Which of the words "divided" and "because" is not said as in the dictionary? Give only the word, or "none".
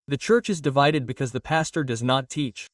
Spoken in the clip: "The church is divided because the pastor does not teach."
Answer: none